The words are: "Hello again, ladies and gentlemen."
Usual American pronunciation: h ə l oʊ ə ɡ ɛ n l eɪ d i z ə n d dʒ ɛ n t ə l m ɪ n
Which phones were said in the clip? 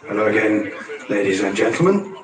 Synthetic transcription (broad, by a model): h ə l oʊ ə ɡ ɛ n l eɪ d i z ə n dʒ ɛ n t l m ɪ n